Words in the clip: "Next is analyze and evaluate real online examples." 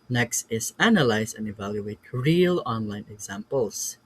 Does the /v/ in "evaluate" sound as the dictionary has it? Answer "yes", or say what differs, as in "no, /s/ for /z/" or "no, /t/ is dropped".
yes